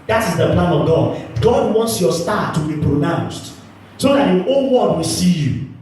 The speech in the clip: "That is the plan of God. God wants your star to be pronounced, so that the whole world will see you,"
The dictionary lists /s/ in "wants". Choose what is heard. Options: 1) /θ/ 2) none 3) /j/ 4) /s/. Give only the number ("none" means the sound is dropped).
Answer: 4